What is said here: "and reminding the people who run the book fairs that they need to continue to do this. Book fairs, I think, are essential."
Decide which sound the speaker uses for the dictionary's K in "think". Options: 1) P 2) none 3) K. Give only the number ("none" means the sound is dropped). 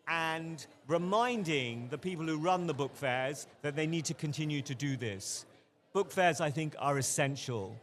3